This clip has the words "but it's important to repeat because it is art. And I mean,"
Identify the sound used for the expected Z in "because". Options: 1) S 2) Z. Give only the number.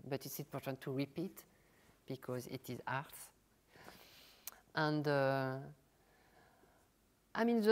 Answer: 2